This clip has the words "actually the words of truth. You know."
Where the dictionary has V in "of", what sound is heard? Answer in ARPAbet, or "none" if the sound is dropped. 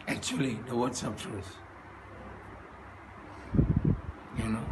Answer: P